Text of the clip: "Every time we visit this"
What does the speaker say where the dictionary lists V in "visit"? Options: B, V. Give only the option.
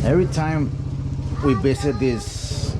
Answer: B